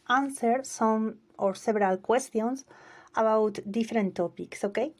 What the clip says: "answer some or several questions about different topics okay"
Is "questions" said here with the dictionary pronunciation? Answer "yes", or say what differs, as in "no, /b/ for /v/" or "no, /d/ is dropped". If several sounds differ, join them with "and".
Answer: no, /s/ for /z/